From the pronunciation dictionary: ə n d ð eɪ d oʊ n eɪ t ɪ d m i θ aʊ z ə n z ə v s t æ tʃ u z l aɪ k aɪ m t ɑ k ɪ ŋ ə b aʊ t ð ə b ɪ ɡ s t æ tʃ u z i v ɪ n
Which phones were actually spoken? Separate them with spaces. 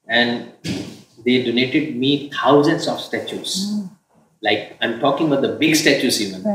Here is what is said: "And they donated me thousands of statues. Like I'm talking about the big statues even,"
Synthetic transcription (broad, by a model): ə n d eɪ d oʊ n eɪ t ɪ d m i t aʊ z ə n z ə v s t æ tʃ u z l aɪ k aɪ m t ɑ k ɪ ŋ ə b aʊ t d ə b ɪ ɡ s t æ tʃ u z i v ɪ n